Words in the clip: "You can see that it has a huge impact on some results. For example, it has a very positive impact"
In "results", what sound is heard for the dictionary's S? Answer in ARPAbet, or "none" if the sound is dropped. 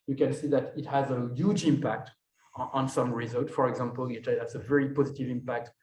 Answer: none